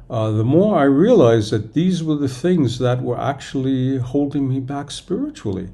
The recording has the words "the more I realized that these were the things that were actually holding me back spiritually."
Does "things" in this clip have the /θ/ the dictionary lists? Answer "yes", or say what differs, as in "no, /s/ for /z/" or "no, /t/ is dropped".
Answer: yes